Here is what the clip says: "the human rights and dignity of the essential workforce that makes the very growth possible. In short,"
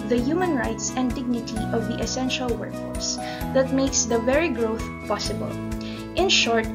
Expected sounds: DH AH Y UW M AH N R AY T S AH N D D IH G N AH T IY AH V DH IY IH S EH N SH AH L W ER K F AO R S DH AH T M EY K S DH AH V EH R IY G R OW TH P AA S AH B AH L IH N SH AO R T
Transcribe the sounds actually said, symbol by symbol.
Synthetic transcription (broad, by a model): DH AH Y UW M AH N R AY T S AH N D D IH G N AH T IY AH V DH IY IH S EH N SH AH L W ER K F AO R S DH AH T M EY K S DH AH V EH R IY G R OW TH P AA S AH B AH L IH N SH AO R T